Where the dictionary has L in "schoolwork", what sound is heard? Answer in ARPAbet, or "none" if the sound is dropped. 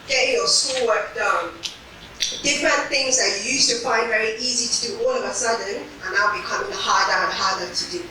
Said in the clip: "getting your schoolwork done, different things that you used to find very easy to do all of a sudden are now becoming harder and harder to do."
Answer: none